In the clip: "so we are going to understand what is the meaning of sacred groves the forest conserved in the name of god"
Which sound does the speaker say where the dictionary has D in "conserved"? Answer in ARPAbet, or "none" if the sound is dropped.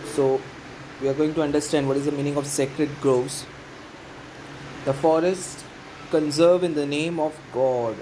none